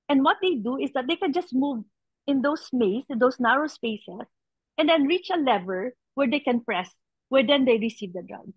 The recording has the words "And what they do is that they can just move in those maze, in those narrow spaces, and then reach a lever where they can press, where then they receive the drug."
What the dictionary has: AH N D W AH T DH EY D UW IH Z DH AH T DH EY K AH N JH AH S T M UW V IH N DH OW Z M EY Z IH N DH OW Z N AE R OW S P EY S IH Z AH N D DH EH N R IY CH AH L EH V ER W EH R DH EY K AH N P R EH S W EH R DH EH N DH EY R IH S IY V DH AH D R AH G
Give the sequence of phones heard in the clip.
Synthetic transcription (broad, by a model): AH N D W AH T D EY D UW IH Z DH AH T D EY K AH N JH AH S T M UW V IH N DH OW S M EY S IH N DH OW S N AE R OW S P EY S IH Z AH N D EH N R IY CH AH L EH V ER W EH R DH EY K AH N P R EH S W EH R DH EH N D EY R IH S IY V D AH D R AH G